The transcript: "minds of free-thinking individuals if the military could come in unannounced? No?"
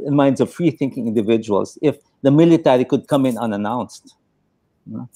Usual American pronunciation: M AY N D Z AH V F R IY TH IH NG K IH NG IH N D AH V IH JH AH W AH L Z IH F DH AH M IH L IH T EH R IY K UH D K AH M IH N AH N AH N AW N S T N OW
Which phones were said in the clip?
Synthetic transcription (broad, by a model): M AY N D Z AH V F R IY TH IH NG K IH NG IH N D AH V IH JH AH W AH L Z IH F DH AH M IH L IH T EH R IY K UH D K AH M IH N AH N AH N AW N S T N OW